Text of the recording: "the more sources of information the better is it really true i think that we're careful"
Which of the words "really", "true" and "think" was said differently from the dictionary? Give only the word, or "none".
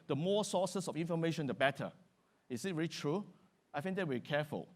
think